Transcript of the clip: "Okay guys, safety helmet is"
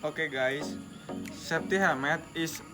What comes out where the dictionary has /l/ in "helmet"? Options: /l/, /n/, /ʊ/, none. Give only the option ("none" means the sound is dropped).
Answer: none